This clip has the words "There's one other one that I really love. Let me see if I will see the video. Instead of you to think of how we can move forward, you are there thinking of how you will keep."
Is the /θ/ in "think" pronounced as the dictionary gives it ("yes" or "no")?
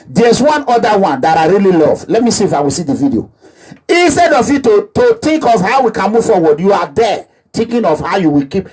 no